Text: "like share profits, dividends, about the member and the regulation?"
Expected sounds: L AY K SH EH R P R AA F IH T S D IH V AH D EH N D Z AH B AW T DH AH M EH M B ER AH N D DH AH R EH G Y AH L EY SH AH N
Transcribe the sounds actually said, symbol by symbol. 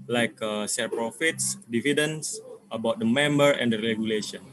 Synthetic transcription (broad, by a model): L AY K S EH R P R AA F IH T S D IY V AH D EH N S AH B AW T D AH M EH M B ER AH N D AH R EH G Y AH L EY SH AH N